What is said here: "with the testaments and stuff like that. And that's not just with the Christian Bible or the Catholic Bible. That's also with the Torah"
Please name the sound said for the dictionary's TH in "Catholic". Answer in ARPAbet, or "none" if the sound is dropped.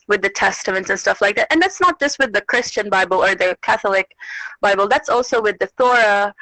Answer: TH